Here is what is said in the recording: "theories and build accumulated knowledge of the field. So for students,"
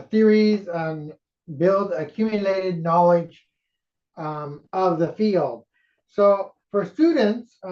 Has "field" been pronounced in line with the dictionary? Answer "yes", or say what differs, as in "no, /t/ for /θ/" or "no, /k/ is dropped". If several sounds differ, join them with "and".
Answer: yes